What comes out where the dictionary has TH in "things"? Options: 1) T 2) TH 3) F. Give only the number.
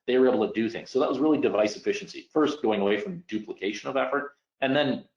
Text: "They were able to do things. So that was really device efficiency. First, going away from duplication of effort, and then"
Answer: 2